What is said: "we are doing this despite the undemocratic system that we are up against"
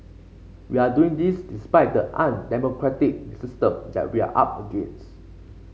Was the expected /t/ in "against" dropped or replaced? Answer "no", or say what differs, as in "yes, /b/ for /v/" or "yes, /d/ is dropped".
yes, /t/ is dropped